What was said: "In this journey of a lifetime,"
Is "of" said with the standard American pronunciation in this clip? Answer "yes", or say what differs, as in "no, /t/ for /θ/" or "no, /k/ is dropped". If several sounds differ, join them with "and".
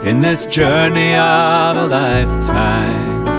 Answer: yes